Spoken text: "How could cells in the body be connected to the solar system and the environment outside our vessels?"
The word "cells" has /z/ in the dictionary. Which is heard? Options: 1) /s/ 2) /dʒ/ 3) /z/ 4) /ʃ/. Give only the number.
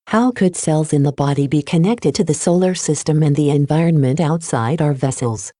3